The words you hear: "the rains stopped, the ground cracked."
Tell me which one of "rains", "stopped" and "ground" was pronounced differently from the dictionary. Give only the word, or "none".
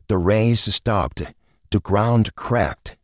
rains